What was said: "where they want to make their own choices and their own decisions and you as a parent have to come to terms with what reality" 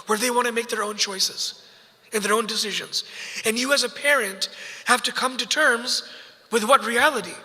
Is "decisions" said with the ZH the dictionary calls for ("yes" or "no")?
yes